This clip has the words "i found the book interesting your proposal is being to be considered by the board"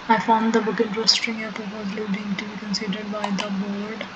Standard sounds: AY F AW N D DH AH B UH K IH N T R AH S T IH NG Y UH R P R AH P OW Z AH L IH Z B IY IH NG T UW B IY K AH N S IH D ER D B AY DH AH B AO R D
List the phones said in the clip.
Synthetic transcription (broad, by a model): AY F AW N D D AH B UH K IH N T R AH S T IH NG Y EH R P AH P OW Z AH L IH B IY IH NG T UW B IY K AH N S IH D ER D B AY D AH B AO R D